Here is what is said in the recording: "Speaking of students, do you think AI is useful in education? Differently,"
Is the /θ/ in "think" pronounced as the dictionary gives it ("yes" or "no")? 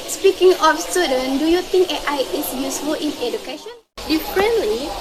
no